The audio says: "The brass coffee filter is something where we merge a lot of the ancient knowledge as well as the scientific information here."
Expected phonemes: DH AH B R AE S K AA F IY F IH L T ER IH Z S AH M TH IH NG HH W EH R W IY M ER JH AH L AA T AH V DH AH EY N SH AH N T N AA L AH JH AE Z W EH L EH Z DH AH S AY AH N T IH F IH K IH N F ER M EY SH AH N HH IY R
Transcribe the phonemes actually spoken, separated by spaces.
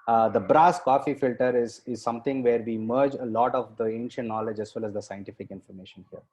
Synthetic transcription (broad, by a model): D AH B R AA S K AA F IY F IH L T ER IH Z S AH M T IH NG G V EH R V IY M ER JH AH L AA T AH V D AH EY N SH AH N T N AA L AH JH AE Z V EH L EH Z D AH S AY AH N T IH F IH K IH N F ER M EY SH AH N HH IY R